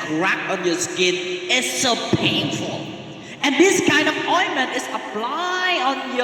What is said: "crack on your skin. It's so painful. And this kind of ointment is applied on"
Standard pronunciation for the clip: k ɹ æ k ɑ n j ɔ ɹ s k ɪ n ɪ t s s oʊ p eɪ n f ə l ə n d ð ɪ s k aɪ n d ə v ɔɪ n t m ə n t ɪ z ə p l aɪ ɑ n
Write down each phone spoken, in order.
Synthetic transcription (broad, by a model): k ɹ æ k ɑ n j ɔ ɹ s k ɪ n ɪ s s oʊ p eɪ n f ə l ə n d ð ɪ s k aɪ n d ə p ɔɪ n m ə n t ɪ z ə p l aɪ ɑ n